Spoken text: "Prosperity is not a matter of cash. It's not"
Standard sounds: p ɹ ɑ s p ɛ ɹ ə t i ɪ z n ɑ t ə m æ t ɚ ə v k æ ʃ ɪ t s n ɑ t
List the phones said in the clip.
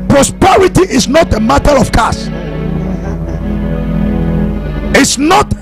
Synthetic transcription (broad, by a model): p ɹ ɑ s p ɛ ɹ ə t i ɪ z n ɑ t ə m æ t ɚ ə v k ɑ s ɪ t s n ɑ t